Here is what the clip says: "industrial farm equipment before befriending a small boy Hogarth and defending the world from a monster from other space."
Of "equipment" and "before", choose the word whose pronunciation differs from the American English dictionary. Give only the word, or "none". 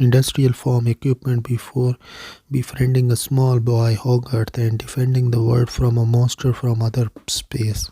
none